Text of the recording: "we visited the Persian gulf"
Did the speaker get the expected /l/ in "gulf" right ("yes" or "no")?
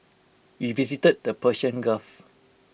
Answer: no